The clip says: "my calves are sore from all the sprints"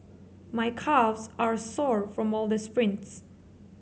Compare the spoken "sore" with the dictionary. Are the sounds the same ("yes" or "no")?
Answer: yes